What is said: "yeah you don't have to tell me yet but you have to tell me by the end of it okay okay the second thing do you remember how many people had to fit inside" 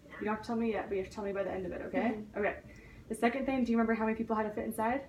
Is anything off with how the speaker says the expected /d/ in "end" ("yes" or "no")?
no